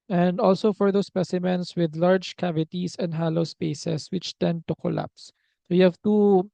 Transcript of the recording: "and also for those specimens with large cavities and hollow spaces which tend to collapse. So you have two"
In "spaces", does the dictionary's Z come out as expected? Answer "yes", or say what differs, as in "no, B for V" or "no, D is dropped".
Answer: no, S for Z